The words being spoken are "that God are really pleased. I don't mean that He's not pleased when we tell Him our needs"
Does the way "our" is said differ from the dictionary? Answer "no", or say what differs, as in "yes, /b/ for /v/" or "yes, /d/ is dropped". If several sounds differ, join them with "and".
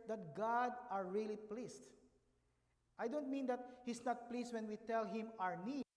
no